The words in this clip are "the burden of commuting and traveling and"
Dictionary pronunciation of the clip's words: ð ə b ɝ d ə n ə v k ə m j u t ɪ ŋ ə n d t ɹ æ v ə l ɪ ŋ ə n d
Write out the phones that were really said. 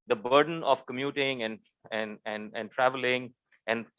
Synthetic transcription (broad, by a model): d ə b ɝ d ə n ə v k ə m j u t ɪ ŋ ə n d t ɹ æ v ə l ɪ ŋ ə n d